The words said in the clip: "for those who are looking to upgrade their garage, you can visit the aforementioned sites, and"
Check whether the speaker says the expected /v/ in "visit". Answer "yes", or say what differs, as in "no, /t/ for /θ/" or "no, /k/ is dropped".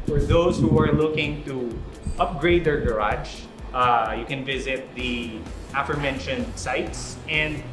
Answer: yes